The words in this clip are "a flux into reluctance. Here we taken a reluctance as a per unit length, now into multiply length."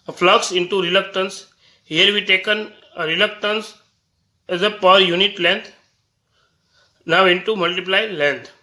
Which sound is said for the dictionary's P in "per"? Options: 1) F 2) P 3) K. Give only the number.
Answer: 2